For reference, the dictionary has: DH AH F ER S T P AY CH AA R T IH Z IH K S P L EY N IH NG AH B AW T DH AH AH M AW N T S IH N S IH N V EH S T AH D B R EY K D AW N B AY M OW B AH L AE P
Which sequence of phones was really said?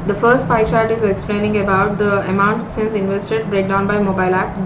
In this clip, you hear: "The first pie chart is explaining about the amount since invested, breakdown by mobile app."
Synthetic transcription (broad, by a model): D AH F ER S T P AY CH AA R T IH Z IH K S P L EY N IH NG AH B AW T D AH AH M AW N T S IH N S IH N V EH S T AH D B R EY K D AW N B AY M OW B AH L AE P